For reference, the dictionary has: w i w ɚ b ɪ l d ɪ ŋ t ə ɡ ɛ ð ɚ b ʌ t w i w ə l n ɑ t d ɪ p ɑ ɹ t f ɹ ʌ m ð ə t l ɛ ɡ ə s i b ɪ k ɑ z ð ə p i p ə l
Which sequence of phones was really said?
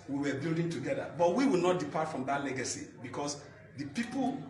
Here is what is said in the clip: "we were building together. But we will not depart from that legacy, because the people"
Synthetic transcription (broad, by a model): w i w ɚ b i l d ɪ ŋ t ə ɡ ɛ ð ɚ b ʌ t w i w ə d n ɑ t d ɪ p ɑ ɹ t f ɹ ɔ m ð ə t l ɛ ɡ ə s i b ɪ k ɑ s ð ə p i p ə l